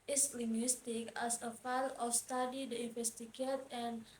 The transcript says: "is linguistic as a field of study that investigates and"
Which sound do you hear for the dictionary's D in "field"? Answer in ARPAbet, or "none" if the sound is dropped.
none